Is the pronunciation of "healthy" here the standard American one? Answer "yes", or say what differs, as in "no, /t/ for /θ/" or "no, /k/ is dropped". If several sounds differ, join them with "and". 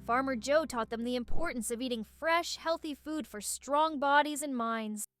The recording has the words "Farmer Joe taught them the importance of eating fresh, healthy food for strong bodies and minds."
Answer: yes